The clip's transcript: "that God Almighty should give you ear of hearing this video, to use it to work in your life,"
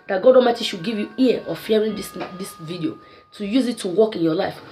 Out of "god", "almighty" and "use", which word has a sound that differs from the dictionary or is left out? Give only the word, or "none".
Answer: almighty